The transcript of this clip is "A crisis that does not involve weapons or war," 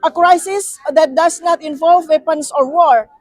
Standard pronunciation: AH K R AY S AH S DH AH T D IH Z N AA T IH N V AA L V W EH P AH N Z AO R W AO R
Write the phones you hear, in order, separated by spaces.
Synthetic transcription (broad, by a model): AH K R AY S AH S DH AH T D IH S N AA T IH N V AA L V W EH P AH N S AO R W AO R